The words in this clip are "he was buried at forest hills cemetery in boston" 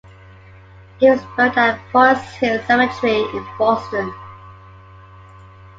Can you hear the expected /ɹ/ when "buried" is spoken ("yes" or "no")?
no